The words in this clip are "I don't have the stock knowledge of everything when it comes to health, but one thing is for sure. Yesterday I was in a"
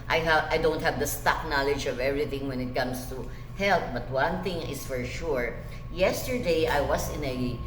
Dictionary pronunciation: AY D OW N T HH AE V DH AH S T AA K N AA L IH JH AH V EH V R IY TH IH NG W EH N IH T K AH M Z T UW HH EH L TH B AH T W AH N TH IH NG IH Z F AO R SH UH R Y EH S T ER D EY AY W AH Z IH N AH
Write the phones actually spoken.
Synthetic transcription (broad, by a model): AY D OW N T HH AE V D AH S T AA K N AA L IH JH AH V EH V R IY TH IH NG W EH N IH T K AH M S T UW HH EH L T B AH T W AH N TH IH NG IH S F AO R SH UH R Y EH S T ER D EY AY W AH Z IH N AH